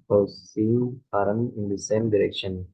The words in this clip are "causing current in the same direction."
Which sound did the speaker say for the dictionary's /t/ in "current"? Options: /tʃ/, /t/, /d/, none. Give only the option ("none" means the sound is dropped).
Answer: none